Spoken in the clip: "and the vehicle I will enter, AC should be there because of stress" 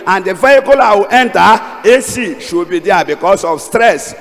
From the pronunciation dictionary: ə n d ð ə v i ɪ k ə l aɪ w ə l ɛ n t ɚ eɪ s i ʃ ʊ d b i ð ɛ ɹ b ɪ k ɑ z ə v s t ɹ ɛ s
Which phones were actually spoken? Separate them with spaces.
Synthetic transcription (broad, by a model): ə n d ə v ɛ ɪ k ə l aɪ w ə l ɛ n t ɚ eɪ s i ʃ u b i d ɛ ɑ b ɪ k ɑ s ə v s t ɹ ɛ s